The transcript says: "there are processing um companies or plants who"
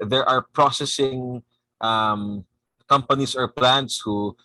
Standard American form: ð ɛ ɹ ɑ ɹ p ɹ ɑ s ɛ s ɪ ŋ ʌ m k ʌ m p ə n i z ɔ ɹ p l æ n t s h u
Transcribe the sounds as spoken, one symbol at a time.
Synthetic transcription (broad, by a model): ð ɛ ɹ ɑ ɹ p ɹ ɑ s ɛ s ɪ ŋ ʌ m k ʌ m p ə n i s ɔ ɹ p l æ n t s h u